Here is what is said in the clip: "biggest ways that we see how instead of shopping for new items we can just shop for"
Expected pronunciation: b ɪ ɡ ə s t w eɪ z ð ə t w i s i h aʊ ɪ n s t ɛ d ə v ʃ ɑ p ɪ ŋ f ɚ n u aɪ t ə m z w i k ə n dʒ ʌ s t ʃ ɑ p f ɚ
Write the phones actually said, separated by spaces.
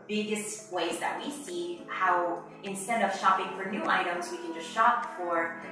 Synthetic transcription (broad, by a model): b ɪ ɡ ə s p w eɪ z ð ə t w i s i h aʊ ɪ n s t ɛ d ə v ʃ ɑ p ɪ ŋ f ɚ n u aɪ t ə m z w i k ə n dʒ ʌ s t ʃ ɑ p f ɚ